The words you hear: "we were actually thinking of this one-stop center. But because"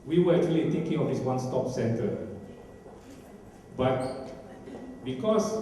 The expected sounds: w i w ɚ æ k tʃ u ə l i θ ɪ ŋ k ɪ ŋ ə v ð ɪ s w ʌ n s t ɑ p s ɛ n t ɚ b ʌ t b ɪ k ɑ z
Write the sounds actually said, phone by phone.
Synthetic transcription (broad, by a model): w i w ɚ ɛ k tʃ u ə l i t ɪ ŋ k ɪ ŋ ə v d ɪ s w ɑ n s t ɑ p s ɛ n t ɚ b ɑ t b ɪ k ɑ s